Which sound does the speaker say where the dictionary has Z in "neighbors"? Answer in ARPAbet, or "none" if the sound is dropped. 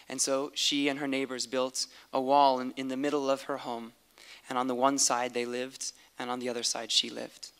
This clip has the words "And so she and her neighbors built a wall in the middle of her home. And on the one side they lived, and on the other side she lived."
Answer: Z